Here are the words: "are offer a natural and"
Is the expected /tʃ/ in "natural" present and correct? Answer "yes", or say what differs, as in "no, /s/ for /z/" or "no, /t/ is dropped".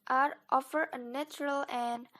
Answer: yes